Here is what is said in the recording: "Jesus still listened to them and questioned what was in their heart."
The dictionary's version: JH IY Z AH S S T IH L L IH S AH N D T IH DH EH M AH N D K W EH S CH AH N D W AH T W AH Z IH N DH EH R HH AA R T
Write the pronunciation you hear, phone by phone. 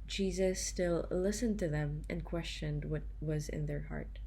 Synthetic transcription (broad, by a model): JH IY Z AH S S T IH L L IH S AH N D T IH DH EH M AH N K W EH S CH AH N D W AH T W AH Z IH N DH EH R HH AA R T